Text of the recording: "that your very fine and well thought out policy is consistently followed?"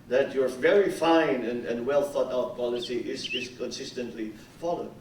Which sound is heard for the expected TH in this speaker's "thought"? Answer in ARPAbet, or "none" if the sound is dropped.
TH